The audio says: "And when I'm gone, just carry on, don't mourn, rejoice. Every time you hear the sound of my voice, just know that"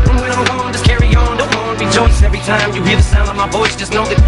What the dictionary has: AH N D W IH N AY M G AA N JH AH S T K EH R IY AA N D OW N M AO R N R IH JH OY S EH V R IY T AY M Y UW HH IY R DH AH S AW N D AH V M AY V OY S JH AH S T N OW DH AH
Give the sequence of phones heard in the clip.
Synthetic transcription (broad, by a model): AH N W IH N AY M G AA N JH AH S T K EH R IY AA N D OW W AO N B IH JH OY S EH V R IY T AY M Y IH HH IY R DH AH S AW N D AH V M AY B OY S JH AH S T N OW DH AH